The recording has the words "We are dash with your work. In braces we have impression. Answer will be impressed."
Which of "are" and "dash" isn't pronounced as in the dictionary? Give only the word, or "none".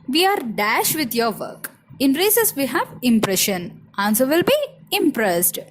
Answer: none